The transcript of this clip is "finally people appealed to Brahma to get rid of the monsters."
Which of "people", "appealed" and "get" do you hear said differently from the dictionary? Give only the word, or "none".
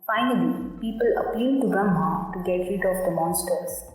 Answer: appealed